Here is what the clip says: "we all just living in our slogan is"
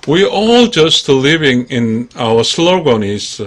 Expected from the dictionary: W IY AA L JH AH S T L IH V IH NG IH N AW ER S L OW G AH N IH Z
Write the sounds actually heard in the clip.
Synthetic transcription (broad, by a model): W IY AA L JH AH S T L IH V IH NG IH N AW ER S L OW G AH N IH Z